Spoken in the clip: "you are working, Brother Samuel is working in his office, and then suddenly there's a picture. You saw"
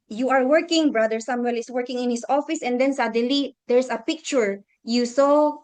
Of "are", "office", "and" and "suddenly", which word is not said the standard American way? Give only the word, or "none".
suddenly